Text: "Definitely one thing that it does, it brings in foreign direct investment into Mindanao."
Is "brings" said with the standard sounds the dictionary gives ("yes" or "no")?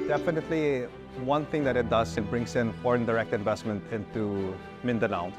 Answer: no